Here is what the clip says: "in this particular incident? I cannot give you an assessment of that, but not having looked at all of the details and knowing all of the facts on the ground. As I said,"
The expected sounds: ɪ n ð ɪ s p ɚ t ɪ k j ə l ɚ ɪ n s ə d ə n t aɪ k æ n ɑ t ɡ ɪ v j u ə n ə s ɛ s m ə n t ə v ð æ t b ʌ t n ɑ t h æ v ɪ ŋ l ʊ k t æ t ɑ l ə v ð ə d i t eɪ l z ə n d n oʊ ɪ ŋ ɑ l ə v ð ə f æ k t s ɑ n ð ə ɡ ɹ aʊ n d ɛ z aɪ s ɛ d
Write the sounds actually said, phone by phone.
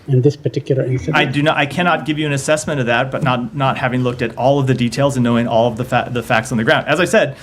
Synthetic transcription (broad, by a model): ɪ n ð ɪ s p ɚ t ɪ k j l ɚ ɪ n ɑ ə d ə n t aɪ k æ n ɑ t ɡ ɪ v j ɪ ə n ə s ɛ s m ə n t ə v ð æ t b ʌ t n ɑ t h æ v ɪ ŋ l ʊ k t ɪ t ɑ l ə v ð ə d i t eɪ l z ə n n oʊ ɪ ŋ ɑ l ə v ð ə f æ k t s n ð ə ɡ ɹ aʊ n d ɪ z aɪ s ɛ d